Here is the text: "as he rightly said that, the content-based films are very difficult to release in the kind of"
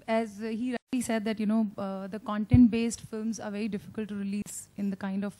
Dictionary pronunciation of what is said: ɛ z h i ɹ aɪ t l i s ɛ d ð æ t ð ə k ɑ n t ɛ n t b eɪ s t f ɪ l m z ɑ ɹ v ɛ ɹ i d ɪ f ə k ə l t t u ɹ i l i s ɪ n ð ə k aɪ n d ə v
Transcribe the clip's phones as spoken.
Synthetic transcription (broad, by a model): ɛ z h i ɹ aɪ t l i s ɛ d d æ t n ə k ɑ n t ɛ n t b eɪ s t f ɪ l m z ɑ ɹ v ɛ ɹ i d ɪ f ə k ə l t t u ɹ i l i s ɪ n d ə k aɪ n d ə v